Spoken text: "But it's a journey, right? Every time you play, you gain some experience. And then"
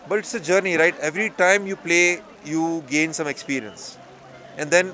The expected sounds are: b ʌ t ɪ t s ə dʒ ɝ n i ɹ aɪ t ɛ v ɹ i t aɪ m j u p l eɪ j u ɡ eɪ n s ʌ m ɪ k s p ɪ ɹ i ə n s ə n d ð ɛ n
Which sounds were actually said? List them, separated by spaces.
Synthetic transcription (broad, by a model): b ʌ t ɪ t s ə dʒ ɝ n i ɹ aɪ t ɛ v ɹ i t aɪ m j u p l eɪ j u ɡ eɪ n s ʌ m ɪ k s p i ɹ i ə n s ə n d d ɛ n